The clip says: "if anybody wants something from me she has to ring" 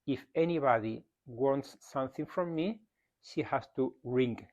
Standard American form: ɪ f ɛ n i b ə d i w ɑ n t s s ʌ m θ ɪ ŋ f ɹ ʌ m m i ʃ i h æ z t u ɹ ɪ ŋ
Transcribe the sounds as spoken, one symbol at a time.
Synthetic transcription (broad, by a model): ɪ f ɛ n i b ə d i w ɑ n t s s ʌ m θ ɪ ŋ f ɹ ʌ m m i ʃ i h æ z t u ɹ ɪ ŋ